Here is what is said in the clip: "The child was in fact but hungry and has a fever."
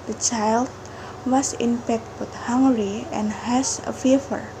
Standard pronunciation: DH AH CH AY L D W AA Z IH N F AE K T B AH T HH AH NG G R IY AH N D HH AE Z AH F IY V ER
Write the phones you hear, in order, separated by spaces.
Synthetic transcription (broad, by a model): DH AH CH AY L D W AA S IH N P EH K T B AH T HH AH NG G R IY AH N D HH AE S AH F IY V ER